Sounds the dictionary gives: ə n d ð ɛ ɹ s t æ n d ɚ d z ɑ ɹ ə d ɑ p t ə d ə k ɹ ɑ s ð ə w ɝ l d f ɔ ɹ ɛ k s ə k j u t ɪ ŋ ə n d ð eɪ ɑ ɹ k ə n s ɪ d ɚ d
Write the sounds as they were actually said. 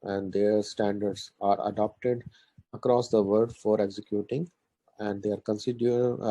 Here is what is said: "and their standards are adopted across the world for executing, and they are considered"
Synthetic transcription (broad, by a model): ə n d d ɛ ɹ s t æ n d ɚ d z ɑ ɹ ə d ɑ p t ə d ə k ɹ ɑ s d ə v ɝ d f ɔ ɹ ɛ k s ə k j u t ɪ ŋ ə n d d eɪ ɑ ɹ k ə n s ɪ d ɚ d